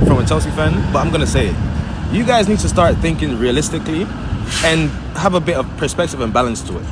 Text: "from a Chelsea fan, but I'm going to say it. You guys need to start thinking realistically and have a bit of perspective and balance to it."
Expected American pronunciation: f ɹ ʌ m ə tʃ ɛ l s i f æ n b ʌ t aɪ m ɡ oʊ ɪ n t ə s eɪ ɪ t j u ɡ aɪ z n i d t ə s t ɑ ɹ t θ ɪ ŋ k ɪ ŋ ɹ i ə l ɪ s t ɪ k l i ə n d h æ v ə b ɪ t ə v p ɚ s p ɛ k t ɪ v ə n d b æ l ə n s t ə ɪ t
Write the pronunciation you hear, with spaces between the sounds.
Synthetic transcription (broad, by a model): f ɹ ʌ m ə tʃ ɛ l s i f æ n b ʌ t aɪ m ɡ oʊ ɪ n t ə s eɪ ɪ t j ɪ ɡ aɪ z n i d t ə s t ɑ ɹ t θ ɪ ŋ k ɪ ŋ ɹ i ə l ɪ s t ɪ k l i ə n h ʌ v ə b ɪ t ə v p ɚ s p ɛ k t ɪ v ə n b æ l ə n s t ə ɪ t